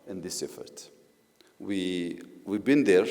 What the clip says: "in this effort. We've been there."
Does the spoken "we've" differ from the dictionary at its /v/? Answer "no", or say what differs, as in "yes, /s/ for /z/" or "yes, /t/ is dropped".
yes, /w/ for /v/